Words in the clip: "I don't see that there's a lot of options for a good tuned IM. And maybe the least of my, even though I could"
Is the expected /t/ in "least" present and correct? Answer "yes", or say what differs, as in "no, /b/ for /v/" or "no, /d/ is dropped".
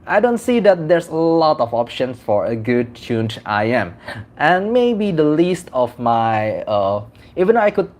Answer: yes